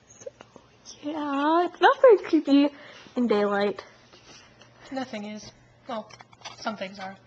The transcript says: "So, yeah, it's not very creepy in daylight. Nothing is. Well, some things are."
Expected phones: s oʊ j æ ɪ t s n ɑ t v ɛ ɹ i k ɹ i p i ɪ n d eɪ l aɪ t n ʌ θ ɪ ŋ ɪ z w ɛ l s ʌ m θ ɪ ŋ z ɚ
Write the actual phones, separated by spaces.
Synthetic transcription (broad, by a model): s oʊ j æ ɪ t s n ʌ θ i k ɪ b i ɪ n d eɪ l aɪ t n ʌ θ ɪ ŋ ɪ z w ɛ l s ʌ m θ ɪ ŋ z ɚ